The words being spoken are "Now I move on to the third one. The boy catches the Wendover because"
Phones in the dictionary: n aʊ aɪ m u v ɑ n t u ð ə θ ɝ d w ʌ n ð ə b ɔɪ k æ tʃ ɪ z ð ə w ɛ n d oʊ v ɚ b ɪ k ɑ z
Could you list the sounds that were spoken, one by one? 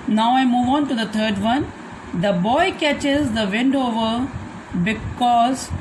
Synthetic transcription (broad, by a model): n aʊ aɪ m u v ɑ n t u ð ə t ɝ d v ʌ n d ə b ɔɪ k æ tʃ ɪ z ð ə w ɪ n d oʊ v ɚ b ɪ k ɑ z